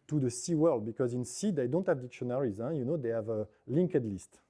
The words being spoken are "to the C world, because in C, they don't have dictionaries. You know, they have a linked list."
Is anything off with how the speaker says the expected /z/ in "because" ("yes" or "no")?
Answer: no